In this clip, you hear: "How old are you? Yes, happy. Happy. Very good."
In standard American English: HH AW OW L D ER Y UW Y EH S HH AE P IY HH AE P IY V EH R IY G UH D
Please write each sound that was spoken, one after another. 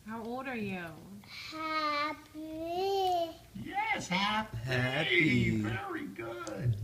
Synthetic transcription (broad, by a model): HH AW OW L D ER Y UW Y EH S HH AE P HH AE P IY V EH R IY G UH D